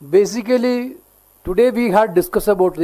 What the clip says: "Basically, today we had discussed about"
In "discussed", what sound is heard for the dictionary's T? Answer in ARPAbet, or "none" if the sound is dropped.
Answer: none